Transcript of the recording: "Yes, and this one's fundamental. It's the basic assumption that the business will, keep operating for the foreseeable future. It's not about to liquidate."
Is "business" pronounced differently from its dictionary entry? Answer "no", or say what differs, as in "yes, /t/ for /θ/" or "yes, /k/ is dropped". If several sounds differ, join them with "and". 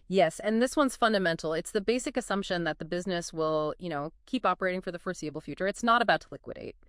no